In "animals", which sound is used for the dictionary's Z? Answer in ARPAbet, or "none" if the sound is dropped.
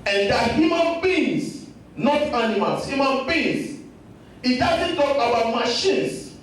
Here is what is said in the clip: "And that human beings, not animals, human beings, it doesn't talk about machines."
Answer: S